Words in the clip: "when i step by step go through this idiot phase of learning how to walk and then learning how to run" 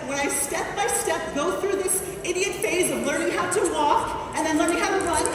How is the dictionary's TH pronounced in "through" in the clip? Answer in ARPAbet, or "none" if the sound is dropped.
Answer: TH